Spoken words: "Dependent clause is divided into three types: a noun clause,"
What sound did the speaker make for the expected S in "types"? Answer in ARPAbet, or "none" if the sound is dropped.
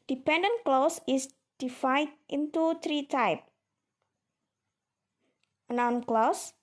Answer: none